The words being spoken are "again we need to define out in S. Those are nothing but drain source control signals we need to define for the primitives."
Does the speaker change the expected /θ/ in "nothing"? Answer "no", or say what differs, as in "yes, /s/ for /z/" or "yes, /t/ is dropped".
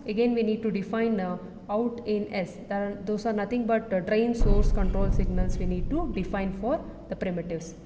yes, /t/ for /θ/